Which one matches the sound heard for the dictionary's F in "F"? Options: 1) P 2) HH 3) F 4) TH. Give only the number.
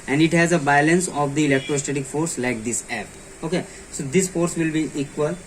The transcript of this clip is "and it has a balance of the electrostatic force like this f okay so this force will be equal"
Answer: 1